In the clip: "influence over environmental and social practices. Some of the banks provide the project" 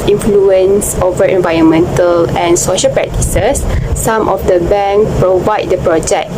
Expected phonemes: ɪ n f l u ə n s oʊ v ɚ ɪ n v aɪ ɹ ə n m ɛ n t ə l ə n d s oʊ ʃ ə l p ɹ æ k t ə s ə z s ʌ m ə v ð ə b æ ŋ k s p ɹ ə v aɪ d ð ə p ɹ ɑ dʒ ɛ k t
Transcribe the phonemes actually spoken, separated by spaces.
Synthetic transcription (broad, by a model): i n f l u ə n s oʊ v ɚ ɪ n v aɪ ɹ ə n m ɛ n t ə l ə n s oʊ ʃ ə l p ɹ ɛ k t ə s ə s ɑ m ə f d ə b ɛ ŋ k p ɹ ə v aɪ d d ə p ɹ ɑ dʒ ɛ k